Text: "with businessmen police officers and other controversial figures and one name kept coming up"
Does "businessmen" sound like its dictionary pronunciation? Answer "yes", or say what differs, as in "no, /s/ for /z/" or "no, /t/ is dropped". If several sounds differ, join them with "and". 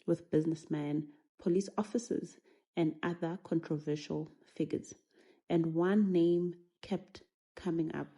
yes